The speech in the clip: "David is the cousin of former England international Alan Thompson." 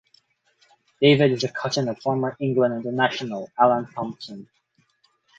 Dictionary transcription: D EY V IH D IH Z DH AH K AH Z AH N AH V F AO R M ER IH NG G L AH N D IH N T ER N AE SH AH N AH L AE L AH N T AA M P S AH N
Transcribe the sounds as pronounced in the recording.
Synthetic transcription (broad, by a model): D EY V IH D IH Z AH K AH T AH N AH V F AO R M ER IH NG G L AH N D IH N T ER N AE SH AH N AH L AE L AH N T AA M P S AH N